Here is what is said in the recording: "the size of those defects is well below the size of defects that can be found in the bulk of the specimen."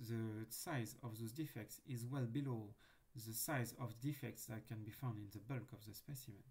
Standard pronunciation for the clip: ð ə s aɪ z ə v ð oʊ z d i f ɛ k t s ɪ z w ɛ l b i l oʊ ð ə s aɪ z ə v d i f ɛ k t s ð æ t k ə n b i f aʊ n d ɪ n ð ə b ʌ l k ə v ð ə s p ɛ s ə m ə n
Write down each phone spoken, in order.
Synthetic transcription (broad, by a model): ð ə s aɪ z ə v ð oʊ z d i f ɛ k t s ɪ z w ɛ l b i l oʊ ð ə s aɪ z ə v d i f ɛ k t s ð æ t k ə n b i f aʊ n d ɪ n ð ə b ʌ l k ə v ð ə s p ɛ s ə m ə n